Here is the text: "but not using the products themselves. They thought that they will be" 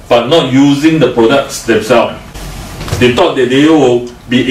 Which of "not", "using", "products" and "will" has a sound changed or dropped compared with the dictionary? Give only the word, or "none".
none